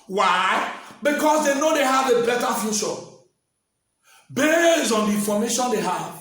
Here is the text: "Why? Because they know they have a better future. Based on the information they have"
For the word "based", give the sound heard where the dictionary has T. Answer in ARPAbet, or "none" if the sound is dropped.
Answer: none